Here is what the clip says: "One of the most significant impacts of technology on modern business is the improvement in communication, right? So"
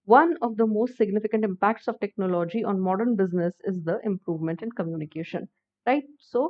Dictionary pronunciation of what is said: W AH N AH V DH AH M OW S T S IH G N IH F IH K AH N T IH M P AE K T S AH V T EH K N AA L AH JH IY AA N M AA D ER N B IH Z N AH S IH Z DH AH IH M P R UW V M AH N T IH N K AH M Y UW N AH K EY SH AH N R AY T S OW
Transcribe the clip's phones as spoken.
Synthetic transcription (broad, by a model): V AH N AH V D AH M OW S T S IH G N IH F IH K AH N T IH M P AE K T S AH V T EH K N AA L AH JH IY AA N M AA D ER N B IH Z N AH S IH Z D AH IH M P R UW V M AH N T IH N K AH M Y UW N AH K EY SH AH N R AY T S OW